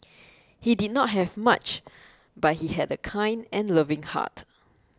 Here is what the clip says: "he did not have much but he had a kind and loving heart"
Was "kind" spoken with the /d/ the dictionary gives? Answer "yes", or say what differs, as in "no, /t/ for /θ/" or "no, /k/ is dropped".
yes